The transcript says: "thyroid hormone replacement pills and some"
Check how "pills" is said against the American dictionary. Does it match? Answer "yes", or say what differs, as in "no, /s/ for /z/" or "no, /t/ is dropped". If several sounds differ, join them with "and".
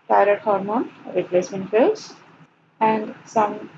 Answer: no, /f/ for /p/